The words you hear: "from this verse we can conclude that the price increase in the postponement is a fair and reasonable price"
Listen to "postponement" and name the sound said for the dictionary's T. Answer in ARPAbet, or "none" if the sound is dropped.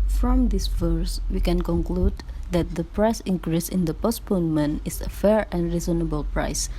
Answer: none